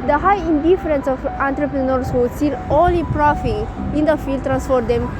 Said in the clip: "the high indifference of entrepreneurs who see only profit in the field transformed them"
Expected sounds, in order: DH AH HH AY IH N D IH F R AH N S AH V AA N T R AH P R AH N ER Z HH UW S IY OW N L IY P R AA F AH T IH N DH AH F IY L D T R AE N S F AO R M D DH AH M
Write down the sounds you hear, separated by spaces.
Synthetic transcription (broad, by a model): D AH HH AY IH N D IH F R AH N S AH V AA N T R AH P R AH N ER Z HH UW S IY OW N L IY P R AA F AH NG IH N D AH F IY L D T R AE N S F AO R D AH M